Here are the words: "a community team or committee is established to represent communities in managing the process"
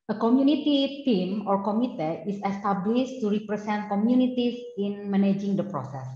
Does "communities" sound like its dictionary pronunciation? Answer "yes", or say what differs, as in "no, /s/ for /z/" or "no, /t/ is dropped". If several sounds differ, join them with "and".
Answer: no, /s/ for /z/